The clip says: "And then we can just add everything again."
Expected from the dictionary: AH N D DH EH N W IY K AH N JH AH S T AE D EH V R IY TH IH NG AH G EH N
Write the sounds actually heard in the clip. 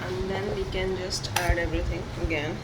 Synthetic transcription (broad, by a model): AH N D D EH N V IY K AH N JH AH S T AE D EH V R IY T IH NG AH G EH N